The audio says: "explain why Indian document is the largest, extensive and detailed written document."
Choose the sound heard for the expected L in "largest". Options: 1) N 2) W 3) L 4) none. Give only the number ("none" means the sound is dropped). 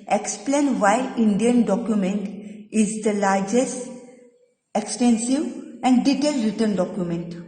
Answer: 3